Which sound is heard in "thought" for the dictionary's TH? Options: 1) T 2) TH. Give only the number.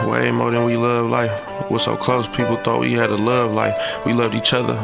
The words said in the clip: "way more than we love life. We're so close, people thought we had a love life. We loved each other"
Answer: 2